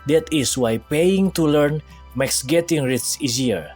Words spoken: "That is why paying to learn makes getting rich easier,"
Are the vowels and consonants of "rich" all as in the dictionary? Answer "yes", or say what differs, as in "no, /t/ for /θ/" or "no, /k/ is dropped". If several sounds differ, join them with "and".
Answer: no, /s/ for /tʃ/